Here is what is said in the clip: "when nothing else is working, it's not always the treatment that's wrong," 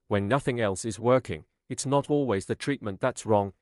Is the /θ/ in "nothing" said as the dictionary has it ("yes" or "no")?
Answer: yes